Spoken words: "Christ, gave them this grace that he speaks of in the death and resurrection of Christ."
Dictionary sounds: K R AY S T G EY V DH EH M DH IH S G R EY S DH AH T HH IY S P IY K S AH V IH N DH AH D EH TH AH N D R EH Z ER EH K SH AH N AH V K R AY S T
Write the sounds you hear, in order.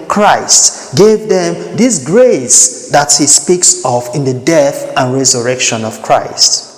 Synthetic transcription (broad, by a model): K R AY S T G EY V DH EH M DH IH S G R EY S DH AH T HH IY S P IY K S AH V IH N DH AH D EH TH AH N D R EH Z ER EH K SH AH N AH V K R AY S T